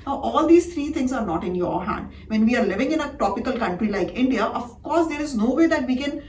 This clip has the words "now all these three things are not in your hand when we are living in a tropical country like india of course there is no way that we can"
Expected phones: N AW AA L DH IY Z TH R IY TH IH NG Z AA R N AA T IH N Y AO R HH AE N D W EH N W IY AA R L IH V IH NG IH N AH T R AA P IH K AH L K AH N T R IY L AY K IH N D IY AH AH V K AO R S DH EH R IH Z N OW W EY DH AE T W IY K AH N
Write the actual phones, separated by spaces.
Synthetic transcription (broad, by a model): N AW AA L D IY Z T R IY T IH NG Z AA R N AA T IH N Y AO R HH AE N D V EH N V IY AA R L IH V IH NG IH N AH T AA P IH K AH L K AH N T R IY L AY K IH N D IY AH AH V K AO R S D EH R IH Z N OW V EY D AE T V IY K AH N